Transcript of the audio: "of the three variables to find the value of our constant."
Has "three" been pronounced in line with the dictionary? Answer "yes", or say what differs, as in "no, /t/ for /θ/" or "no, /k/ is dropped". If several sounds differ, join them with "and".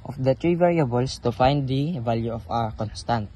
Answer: no, /t/ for /θ/